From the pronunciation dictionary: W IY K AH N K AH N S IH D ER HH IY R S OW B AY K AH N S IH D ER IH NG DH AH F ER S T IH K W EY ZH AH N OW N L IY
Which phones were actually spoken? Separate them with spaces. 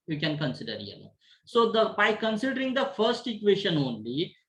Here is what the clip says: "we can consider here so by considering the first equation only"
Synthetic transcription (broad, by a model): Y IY K AH N K AH N S IH D ER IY L S OW B AY K AH N S IH D ER IH NG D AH F ER S T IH K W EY SH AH N OW N L IY